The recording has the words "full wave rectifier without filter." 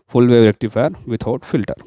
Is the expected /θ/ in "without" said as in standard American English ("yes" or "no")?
no